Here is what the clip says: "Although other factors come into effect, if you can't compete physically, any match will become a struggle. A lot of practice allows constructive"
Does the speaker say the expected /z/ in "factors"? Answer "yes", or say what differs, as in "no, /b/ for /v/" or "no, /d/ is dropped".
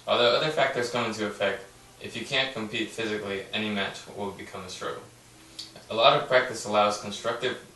yes